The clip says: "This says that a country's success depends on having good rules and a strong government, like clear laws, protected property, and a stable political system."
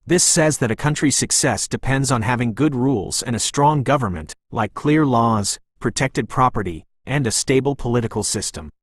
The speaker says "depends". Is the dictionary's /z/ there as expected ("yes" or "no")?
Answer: yes